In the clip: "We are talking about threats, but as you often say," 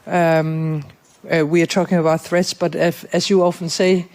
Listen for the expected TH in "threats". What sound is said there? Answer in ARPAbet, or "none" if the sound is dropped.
TH